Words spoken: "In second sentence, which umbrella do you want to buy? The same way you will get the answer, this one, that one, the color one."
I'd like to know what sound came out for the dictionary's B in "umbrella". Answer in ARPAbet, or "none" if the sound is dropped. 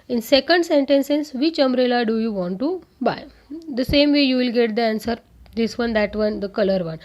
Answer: none